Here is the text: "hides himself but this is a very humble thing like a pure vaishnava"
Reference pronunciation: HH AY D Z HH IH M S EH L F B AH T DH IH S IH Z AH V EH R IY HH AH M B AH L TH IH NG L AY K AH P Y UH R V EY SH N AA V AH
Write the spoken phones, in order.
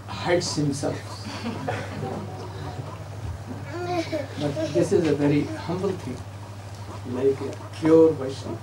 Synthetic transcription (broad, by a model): HH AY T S HH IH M S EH L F B AH T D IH S IH Z AH V EH R IY HH AH M B AH L T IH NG L AY K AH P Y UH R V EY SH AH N